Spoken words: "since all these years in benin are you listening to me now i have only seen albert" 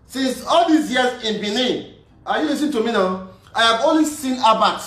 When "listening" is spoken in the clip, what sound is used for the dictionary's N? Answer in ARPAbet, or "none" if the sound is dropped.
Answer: none